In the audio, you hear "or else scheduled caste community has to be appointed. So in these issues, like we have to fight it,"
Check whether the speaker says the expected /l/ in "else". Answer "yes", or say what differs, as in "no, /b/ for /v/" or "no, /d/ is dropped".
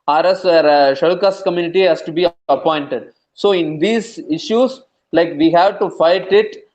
no, /l/ is dropped